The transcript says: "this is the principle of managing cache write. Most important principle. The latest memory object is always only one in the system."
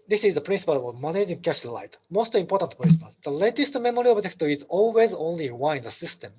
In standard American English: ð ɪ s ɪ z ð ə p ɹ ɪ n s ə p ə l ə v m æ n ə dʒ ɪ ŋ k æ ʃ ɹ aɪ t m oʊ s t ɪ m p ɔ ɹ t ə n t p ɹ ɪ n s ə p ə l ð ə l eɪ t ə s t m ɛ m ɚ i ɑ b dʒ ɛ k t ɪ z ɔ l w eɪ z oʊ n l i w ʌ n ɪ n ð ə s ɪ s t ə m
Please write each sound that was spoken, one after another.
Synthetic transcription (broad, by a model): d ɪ s ɪ z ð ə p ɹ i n s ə p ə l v m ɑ n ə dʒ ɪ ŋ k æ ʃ l aɪ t m oʊ s t ɪ m p ɔ ɹ t ə n t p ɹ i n s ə p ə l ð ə l eɪ t ə s t m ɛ m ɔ i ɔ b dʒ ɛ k t ɪ z ɔ l w eɪ z oʊ n l i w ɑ ɪ n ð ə s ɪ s t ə m